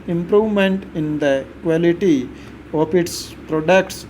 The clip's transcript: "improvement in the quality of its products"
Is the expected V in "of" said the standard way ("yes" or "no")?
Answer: no